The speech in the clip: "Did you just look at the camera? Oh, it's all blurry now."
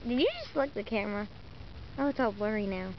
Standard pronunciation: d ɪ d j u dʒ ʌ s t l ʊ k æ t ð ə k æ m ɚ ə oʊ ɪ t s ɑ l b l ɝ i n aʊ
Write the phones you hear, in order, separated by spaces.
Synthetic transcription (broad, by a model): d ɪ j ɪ dʒ ʌ s t l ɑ ɪ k ð ə k æ m ɚ ə oʊ ɪ t s ɑ l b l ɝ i n aʊ